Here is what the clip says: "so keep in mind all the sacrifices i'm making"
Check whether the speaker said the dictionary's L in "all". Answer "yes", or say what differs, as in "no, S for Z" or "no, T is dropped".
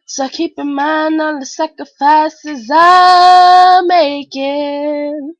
no, N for L